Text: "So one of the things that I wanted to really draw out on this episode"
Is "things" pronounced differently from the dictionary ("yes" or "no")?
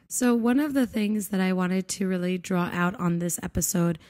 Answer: no